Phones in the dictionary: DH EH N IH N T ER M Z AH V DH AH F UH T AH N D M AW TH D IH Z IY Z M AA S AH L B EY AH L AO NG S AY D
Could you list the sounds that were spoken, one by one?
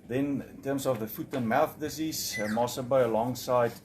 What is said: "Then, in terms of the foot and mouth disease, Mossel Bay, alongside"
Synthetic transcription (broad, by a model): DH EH N IH N T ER M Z AH V DH AH F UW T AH N M AW TH D IH Z IY Z M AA S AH B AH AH L AO NG S AY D